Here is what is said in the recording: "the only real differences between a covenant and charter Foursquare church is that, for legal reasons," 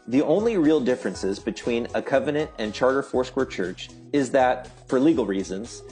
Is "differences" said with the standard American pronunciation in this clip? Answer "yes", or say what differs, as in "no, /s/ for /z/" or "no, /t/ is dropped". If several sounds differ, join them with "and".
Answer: yes